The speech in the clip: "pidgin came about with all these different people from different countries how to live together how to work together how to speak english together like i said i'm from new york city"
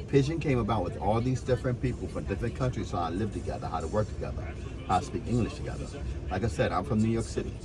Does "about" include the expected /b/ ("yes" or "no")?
yes